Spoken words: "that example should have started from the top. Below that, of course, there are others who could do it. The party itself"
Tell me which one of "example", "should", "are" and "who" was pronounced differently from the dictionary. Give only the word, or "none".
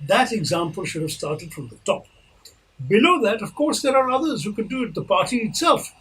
none